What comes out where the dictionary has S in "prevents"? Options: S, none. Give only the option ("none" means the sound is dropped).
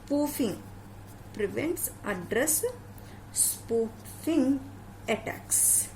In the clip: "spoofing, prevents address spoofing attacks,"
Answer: S